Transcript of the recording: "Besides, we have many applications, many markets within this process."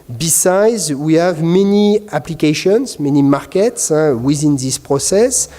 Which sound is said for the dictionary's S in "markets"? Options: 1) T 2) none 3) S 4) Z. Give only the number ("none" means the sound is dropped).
3